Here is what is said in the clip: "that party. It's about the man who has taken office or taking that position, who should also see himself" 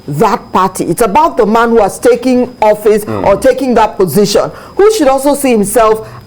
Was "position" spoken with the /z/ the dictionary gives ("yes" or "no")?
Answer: yes